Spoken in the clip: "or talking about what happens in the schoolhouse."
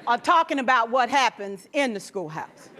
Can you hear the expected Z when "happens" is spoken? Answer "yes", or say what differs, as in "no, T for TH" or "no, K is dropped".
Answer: yes